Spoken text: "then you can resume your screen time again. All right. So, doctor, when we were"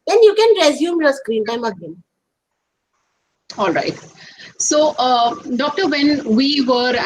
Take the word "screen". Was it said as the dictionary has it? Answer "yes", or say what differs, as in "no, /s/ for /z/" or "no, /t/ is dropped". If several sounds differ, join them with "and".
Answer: yes